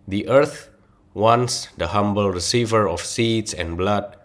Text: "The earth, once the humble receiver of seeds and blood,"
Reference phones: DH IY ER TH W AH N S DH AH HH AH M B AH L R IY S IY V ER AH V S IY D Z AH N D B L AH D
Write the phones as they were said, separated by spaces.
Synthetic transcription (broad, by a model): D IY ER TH W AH N S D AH HH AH M B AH L R IY S IY V ER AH F S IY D S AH N B L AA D